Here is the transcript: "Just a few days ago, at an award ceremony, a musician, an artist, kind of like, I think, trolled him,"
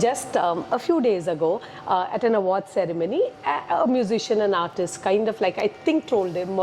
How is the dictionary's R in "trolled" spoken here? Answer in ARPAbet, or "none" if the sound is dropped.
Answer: none